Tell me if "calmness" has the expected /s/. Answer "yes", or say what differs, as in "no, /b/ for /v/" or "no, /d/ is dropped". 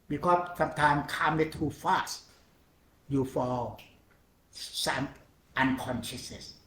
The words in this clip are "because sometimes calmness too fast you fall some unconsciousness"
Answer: no, /s/ is dropped